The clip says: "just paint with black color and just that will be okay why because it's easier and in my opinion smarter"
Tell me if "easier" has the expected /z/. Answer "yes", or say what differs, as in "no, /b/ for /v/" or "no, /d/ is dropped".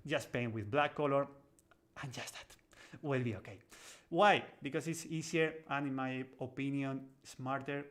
no, /s/ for /z/